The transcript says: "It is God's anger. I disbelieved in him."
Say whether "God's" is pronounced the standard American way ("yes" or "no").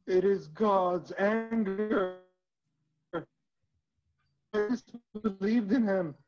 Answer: yes